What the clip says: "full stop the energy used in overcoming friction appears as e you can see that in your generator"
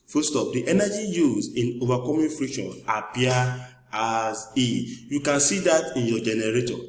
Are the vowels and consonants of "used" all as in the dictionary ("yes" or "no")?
no